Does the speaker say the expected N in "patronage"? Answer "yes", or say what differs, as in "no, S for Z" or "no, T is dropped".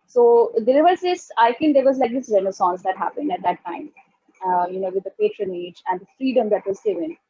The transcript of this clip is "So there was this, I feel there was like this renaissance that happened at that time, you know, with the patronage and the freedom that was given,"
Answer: yes